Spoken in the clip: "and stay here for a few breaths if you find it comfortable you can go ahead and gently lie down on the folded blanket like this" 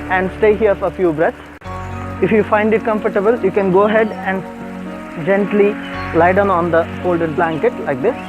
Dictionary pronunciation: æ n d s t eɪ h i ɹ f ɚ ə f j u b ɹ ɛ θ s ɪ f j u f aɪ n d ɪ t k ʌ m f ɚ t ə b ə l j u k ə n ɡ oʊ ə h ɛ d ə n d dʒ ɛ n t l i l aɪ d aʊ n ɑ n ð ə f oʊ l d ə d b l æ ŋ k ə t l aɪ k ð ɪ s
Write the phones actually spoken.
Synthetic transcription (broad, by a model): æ n d s t eɪ h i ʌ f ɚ ə f j u b ɹ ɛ t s ɪ f j u f aɪ n d ɪ t k ʌ m f ɚ t ə b ə l j u k ə n ɡ oʊ ə h ɛ d ə n d dʒ ɛ n t l i l aɪ d aʊ n ɑ n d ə f oʊ l d ə d b l æ ŋ k ə t l aɪ k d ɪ s